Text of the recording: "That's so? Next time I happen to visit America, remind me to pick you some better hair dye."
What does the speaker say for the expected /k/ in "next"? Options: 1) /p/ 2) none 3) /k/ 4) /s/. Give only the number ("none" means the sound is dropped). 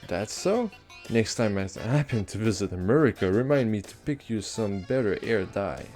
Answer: 3